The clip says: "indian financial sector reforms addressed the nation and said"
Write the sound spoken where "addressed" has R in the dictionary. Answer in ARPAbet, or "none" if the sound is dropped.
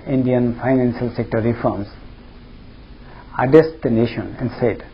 none